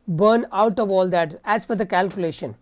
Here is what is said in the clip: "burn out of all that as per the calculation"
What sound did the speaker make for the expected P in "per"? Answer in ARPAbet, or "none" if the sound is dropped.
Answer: F